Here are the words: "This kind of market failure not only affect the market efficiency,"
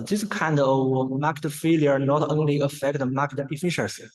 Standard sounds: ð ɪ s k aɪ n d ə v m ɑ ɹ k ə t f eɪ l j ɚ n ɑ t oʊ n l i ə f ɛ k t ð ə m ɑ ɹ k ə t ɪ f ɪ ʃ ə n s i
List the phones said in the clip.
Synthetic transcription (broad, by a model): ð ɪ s k aɪ n d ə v m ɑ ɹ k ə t f eɪ l j ɚ n ɑ t oʊ n l i ə f ɛ k t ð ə m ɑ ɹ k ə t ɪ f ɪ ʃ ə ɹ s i